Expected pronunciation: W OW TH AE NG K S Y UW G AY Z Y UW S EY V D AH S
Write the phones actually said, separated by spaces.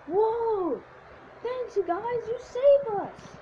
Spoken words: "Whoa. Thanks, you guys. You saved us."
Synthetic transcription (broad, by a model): W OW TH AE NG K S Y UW G AY Z Y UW S EY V AH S